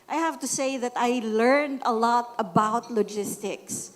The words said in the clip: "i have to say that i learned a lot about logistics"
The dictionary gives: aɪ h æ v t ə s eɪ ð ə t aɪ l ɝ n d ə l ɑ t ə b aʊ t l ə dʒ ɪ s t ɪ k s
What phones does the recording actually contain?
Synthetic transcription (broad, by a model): aɪ h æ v t ə s eɪ ð ə t aɪ l ɝ n d ə l ɑ t ə b aʊ t l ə dʒ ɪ s t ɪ k s